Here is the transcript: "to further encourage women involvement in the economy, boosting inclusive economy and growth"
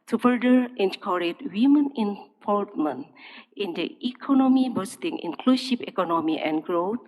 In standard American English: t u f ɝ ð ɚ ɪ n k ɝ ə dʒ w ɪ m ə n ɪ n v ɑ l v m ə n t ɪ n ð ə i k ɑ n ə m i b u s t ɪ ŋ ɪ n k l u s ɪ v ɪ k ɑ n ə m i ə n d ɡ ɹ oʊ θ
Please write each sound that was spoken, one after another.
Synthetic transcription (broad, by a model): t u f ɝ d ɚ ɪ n k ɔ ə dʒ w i m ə n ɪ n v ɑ l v m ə n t ɪ n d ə i k ɑ n ə m i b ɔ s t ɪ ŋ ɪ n k l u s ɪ p ɪ k ɑ n ə m i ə n ɡ ɹ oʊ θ